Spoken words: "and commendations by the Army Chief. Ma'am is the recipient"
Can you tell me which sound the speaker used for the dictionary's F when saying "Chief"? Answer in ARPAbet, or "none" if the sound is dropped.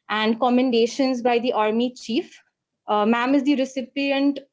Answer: F